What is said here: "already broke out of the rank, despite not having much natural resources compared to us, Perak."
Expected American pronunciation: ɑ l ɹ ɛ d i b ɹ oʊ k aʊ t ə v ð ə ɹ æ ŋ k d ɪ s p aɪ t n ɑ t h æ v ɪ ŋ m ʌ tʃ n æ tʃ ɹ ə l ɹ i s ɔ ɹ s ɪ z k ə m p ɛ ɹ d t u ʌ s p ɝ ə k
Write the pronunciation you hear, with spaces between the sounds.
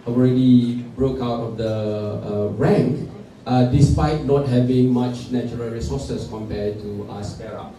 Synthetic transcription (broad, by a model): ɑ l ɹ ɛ d i b ɹ oʊ k aʊ t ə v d ə ɹ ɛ ŋ k d ɪ s p aɪ t n ɑ t h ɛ v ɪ ŋ m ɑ tʃ n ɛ tʃ ɹ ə l ɹ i s ɔ s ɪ s k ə m p ɛ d t u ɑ s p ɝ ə